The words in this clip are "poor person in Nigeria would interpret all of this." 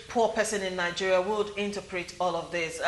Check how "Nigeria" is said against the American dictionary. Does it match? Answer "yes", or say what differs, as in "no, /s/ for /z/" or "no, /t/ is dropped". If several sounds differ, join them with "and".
yes